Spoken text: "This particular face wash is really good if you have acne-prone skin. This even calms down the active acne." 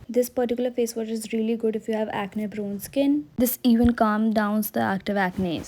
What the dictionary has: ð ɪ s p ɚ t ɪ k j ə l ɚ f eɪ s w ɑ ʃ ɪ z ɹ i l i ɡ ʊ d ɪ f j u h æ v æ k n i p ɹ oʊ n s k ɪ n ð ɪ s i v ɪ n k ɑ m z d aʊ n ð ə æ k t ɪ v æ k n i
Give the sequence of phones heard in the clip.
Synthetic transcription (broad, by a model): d ɪ s p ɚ t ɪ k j l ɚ f eɪ s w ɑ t ɪ z ɹ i l i ɡ ʊ d ɪ f j u h æ v æ k n i b ɹ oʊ n s k ɪ n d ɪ s i v ɪ n k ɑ m d aʊ n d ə æ k t ɪ v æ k n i